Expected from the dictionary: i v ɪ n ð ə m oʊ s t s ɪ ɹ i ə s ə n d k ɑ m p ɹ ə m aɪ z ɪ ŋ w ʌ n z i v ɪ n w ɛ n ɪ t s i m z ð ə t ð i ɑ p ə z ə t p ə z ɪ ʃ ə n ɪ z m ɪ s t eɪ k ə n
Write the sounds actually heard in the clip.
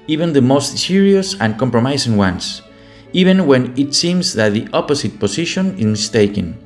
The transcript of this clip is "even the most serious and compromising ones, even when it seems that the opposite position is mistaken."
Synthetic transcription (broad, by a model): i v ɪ n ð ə m oʊ s t s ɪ ɹ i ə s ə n k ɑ m p ɹ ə m aɪ s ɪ ŋ w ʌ n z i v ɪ n w ɛ n ɪ t s i m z ð ə t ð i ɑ p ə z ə t p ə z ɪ ʃ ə n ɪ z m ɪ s t eɪ k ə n